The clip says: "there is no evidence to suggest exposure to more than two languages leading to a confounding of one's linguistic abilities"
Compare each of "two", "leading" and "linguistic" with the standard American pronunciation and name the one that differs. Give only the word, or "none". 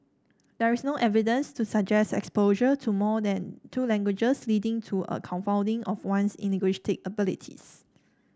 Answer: linguistic